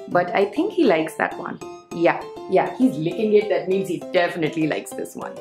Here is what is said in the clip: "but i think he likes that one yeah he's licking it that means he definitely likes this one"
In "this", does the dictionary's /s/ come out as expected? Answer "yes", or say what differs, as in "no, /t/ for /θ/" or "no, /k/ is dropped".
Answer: yes